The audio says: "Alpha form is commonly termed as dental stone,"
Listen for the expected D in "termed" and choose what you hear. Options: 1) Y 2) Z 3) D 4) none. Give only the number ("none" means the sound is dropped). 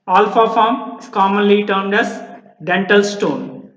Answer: 3